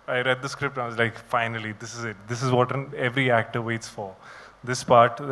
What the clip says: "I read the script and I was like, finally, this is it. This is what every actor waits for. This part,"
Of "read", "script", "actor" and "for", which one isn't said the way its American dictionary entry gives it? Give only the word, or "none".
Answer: none